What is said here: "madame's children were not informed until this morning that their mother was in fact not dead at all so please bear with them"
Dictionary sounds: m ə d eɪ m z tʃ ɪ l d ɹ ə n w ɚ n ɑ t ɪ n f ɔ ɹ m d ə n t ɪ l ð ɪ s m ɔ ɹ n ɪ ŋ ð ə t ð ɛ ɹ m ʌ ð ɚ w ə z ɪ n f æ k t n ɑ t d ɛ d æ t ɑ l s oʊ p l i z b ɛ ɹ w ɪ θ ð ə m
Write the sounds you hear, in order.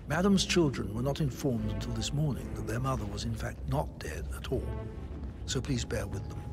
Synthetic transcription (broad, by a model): m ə d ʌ m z tʃ ɪ l d ɹ ə n w ɚ n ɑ t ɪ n f ɔ ɹ m d ə n t ɪ l ð ɪ s m ɔ ɹ n ɪ ŋ ð ə t ð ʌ ɹ m ʌ ð ɚ w ə z ɪ n f æ k t n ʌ t d ɛ d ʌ t ɑ l s oʊ p l i z b ɛ ɹ w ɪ ð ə m